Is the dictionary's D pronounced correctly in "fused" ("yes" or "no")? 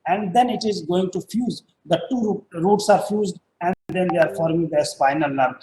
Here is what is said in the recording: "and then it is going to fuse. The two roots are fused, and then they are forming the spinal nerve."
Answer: yes